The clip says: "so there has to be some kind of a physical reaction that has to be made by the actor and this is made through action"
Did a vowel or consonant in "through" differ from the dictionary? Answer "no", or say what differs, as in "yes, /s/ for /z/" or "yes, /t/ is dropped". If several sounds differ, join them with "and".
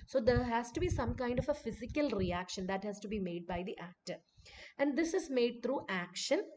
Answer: yes, /t/ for /θ/